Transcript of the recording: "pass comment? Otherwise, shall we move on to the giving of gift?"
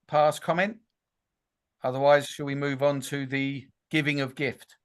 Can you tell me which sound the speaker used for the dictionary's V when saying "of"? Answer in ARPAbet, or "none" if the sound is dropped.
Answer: V